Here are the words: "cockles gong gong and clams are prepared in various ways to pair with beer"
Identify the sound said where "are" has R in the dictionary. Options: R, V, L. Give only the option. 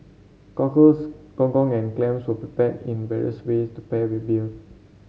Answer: L